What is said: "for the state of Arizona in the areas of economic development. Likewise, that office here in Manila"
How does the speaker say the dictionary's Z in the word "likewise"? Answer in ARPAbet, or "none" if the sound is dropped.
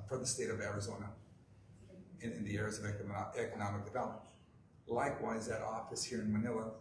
Z